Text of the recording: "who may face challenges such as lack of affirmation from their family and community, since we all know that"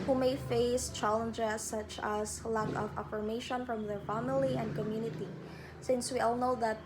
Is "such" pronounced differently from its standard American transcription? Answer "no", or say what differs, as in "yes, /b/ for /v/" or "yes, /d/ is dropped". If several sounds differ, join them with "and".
no